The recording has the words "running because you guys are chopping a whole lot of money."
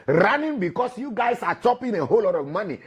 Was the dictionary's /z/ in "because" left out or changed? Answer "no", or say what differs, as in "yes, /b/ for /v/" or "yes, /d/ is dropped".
yes, /s/ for /z/